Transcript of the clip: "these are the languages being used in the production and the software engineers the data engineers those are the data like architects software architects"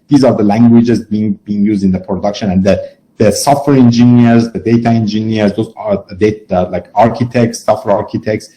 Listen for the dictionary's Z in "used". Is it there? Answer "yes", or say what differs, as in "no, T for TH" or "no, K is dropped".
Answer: yes